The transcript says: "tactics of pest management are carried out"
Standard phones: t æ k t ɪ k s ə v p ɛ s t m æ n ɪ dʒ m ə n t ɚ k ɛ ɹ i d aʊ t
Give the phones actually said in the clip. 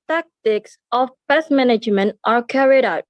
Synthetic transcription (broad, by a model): t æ k t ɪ k s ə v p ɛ s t m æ n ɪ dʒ m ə n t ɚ k ɛ ɹ i d aʊ t